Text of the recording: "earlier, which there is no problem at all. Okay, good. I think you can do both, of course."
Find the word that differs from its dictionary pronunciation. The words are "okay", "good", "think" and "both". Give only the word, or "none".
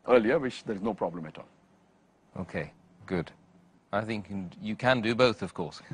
none